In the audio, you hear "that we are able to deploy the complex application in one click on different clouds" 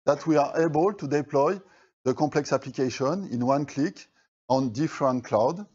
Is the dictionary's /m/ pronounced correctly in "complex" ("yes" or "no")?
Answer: no